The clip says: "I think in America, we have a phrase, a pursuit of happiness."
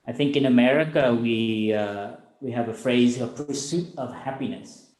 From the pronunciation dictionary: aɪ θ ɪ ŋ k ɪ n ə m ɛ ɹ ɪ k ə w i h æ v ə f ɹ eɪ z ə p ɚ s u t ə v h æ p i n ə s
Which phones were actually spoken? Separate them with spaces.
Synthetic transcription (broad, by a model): aɪ θ ɪ ŋ k ɪ n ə m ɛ ɹ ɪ k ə w i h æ v ə f ɹ eɪ z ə p ɚ s u t ə v h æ p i n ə s